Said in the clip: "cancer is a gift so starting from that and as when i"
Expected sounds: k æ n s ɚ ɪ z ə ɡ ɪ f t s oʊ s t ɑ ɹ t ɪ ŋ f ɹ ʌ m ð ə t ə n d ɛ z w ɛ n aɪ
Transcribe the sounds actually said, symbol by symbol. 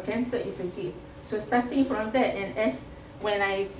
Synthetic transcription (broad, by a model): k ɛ n s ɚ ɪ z ə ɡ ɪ t s oʊ s t ɑ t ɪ ŋ f ɹ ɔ m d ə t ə n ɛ s w ɛ n aɪ